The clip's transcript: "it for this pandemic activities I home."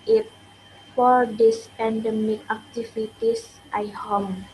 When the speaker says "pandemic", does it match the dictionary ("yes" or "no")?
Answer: yes